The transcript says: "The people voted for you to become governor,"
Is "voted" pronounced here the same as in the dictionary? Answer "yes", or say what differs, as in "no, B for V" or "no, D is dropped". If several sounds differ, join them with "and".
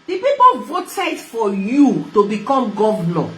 yes